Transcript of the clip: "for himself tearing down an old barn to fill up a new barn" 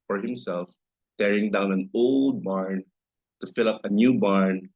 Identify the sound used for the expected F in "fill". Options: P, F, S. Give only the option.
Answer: F